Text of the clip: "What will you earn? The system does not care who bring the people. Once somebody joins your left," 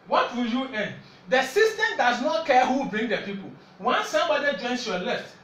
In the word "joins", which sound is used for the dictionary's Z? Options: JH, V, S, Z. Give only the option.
S